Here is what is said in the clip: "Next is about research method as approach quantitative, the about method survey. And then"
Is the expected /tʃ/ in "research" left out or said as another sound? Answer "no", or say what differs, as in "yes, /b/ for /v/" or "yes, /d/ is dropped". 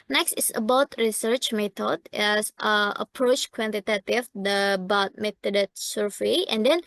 no